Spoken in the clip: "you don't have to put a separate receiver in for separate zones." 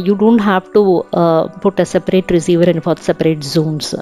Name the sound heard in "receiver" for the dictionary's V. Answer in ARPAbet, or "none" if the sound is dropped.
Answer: V